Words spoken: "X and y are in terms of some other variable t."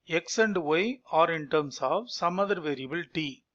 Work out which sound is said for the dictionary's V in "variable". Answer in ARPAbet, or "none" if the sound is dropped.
V